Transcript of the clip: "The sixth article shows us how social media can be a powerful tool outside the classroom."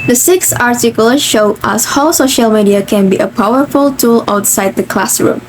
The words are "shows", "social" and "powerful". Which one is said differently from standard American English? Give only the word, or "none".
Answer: shows